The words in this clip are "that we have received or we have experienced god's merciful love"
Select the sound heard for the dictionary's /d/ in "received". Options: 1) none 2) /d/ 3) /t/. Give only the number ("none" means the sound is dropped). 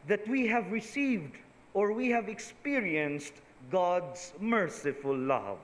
2